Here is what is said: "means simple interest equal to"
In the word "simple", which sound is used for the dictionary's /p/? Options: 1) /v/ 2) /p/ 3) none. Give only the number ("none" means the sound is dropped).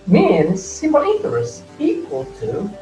3